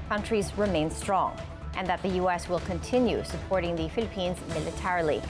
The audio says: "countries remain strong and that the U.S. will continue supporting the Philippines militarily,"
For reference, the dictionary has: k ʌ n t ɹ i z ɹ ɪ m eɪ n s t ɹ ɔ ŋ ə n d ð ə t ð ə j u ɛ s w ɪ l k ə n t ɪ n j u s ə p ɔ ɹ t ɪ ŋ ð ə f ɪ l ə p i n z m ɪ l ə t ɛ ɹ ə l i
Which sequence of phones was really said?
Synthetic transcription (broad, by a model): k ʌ n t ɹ i z ɹ ɪ m eɪ n s t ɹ ɔ ŋ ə n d ð ə t ð ə j u ɛ s w ɪ l k ə n t ɪ n j u s ə p ɔ ɹ t ɪ ŋ ð ə f ɪ l ə p i n z m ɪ l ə t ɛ ɹ l i